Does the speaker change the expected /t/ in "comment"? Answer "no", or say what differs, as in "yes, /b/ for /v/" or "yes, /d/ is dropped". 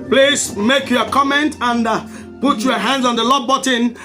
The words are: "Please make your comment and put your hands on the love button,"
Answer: no